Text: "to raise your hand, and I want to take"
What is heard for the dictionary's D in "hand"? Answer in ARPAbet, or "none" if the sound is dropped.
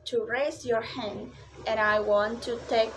D